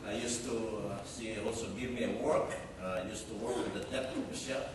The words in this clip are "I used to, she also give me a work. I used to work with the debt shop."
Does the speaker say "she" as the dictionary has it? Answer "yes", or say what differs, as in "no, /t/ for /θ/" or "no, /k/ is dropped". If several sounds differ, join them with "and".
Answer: no, /s/ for /ʃ/